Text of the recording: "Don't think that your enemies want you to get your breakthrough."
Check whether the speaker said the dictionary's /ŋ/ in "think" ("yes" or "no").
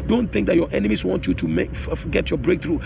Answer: yes